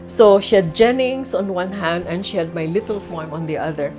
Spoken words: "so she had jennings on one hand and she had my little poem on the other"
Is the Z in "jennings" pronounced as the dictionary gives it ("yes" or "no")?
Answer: no